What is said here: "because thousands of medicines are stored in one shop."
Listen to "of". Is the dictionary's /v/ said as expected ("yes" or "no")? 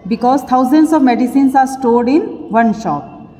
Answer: yes